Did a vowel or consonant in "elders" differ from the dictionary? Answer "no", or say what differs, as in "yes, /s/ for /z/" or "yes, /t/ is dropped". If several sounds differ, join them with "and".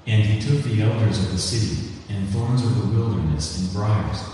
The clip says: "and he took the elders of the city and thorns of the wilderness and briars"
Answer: no